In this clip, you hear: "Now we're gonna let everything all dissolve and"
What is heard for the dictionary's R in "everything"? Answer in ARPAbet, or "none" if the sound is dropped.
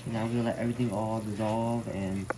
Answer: R